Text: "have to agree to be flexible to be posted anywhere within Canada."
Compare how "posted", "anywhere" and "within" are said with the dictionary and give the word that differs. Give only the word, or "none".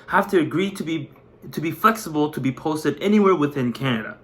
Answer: none